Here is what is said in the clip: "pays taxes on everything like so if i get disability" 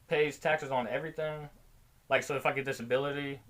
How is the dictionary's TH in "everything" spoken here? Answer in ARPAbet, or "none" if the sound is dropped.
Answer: TH